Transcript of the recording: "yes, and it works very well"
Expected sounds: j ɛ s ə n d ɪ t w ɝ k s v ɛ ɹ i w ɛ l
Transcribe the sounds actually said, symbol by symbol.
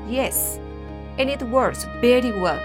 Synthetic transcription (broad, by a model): j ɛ s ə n ɪ t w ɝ s b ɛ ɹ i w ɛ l